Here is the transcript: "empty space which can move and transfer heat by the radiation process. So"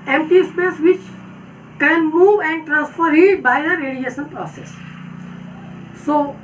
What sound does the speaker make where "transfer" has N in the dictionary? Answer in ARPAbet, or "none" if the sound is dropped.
N